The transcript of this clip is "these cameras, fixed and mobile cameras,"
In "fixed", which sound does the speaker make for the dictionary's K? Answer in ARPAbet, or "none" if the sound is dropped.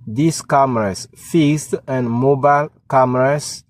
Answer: none